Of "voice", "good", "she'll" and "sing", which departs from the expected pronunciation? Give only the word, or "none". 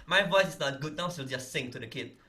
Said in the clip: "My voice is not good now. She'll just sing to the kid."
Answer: she'll